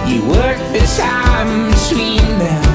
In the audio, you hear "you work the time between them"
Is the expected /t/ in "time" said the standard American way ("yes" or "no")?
no